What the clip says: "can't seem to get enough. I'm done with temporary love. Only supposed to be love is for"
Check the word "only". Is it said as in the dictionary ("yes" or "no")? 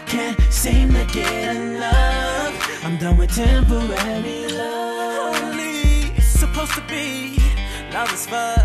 no